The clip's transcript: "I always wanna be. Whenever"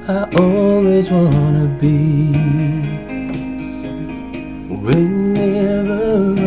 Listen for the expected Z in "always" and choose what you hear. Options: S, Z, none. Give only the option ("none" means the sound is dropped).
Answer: Z